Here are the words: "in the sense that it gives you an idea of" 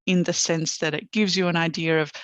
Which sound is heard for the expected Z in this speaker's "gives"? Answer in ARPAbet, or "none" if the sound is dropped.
Z